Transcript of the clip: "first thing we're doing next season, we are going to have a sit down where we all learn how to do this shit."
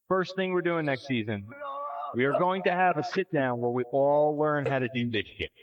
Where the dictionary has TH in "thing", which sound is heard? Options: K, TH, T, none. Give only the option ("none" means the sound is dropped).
TH